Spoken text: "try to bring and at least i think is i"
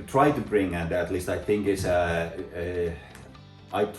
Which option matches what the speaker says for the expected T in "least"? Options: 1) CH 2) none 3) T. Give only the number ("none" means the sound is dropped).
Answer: 3